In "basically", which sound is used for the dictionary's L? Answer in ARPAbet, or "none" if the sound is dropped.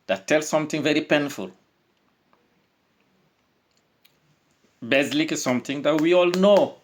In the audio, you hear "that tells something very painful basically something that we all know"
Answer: none